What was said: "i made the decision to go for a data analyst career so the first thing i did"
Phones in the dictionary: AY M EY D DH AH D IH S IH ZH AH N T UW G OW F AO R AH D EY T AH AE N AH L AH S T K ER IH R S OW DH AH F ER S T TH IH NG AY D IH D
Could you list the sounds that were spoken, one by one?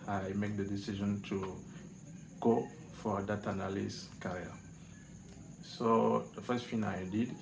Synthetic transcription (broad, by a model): AY M EY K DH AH D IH S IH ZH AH N T UW G OW F AO R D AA T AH N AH L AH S K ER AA R S OW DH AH F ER S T F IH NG AY D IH D